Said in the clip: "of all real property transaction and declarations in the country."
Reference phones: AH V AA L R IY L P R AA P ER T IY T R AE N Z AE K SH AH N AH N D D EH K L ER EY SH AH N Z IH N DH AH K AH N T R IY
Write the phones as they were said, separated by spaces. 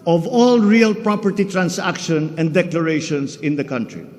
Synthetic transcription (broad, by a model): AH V AA L R IY L P R AA P ER T IY T R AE N S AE K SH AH N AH N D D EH K L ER EY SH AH N S IH N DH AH K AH N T R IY